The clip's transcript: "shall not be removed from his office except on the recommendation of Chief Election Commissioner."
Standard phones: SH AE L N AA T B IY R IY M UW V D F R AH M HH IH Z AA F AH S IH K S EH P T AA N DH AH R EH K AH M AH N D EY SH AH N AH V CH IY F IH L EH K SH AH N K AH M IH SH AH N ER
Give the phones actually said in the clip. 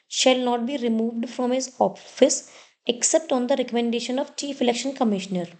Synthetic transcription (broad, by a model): SH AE L N AA T B IY R IY M UW V D F R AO M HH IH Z AA F AH S IH K S EH P T AA N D AH R EH K AH M AH N D EY SH AH N AH V CH IY F IH L EH K SH AH N K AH M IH SH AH N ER